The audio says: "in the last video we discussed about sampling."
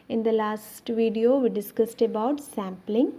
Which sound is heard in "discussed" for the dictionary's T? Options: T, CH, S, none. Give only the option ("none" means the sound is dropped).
T